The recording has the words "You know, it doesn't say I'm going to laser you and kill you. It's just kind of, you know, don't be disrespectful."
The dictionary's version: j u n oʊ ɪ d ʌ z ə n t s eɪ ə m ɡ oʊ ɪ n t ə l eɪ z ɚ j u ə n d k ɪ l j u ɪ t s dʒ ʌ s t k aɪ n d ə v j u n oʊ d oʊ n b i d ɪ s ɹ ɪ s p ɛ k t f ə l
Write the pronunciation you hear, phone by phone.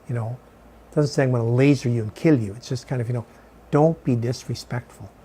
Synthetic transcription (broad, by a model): j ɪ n oʊ ɪ d ʌ z ə n t s eɪ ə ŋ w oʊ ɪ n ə l eɪ z ɚ j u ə n k ɪ l j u ɪ t s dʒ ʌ s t k aɪ n d ə v j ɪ n oʊ d oʊ n b i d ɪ s ɹ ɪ s p ɛ k t f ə l